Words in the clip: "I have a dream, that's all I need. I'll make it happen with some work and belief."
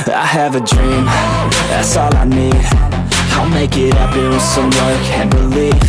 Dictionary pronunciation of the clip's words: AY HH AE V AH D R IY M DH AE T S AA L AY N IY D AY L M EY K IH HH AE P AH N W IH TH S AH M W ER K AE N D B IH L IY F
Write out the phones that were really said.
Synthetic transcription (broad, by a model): AY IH V AH D R IY M DH AE T S AA L AY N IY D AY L M EY K IH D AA AH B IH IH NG S AH M W ER K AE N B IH L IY